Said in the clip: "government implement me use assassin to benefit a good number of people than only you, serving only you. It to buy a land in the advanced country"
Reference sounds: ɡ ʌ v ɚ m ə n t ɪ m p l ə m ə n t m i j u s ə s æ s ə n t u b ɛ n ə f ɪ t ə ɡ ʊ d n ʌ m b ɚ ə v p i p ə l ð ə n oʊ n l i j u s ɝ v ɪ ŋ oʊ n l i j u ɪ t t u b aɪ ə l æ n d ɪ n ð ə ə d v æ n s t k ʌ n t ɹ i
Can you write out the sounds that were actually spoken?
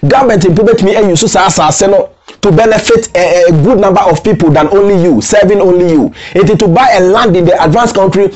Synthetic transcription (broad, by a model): ɡ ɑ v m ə n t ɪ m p ə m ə t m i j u s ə s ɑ s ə n t u b ɛ n ə f ɪ t ɡ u d n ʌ m b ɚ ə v p i p ə l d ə n oʊ n l i j u s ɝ v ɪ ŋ oʊ n l i j u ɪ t t u b aɪ ə l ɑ n d ɪ n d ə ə d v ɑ n s k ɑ n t ɹ i